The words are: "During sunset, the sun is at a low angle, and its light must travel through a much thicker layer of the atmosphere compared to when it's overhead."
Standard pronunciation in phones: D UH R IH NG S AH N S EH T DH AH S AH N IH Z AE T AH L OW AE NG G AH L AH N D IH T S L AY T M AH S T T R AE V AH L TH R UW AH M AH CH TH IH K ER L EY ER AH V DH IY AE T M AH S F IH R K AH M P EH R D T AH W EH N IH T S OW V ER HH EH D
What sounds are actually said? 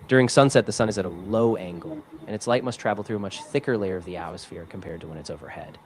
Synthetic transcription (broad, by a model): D UH R IH NG S AH N S EH T DH AH S AH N IH Z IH T AH L OW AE NG G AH L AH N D IH T S L AY T M AH S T T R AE V L TH R UW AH M AH CH TH IH K ER L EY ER AH V DH IY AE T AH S F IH R K M P EH R D T AH W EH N IH T S OW V ER HH EH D